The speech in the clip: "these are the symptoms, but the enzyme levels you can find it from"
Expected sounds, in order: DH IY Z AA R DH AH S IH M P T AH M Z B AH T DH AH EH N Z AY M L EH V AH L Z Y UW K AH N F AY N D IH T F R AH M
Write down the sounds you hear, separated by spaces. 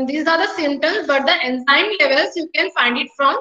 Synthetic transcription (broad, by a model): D IY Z AA R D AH S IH M T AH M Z B AH T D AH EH N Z AY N L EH V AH L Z Y UW K AH N F AY N D IH T F R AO M